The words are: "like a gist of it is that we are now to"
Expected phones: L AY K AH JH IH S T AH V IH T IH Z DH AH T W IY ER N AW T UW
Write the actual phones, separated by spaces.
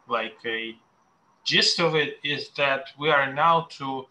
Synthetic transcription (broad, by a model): L AY K AH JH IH S T AH V IH T IH Z DH AH T W IY ER N AW T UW